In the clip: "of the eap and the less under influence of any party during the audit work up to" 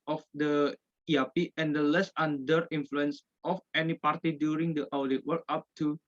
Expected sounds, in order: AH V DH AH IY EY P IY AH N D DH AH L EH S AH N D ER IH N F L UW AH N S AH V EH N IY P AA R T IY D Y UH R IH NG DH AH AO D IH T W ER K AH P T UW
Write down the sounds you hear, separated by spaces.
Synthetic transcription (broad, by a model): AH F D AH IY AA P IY AH N D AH L EH S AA N D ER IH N F L UW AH N S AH F EH N IY P AA R T IY D Y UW R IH NG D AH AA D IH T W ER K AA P T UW